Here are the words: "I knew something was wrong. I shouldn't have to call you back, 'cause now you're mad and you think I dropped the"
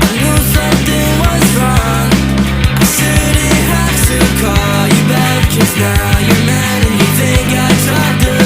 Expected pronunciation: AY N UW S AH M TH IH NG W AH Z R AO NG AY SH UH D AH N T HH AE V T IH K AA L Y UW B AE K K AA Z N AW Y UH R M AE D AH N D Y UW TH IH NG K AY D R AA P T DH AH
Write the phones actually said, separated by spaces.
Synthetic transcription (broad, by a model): AY N UW S AH M TH IH NG W AH Z R AO NG AY S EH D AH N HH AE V T IH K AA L Y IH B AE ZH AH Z N AW Y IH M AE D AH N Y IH TH IH NG K AY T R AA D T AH